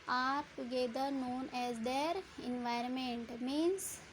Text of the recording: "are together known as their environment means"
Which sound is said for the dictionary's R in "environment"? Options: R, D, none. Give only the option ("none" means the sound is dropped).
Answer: R